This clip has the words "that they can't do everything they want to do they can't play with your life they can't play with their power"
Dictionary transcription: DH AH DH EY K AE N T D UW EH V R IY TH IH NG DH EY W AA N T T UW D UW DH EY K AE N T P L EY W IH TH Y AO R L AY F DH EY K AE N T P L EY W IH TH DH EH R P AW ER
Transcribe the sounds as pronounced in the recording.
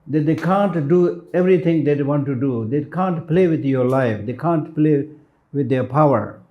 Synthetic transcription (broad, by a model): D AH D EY K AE N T D UW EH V R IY T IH NG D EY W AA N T T UW D UW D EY K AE N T P L EY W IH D Y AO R L AY F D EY K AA N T P L EY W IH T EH P AW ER